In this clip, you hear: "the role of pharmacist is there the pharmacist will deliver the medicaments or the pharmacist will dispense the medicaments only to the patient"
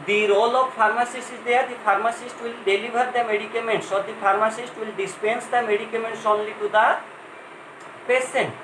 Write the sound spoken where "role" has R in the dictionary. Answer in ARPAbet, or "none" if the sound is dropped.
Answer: R